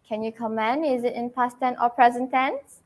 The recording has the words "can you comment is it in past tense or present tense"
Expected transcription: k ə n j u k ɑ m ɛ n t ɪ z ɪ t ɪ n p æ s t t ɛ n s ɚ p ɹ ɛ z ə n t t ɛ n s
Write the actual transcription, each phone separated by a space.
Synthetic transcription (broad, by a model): k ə n j u k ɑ m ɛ n ɪ z ɪ t ɪ n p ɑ s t t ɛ n ɔ p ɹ ɛ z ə n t t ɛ n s